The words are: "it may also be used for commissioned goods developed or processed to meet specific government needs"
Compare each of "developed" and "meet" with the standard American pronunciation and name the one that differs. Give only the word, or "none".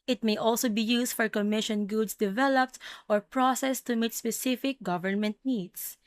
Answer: none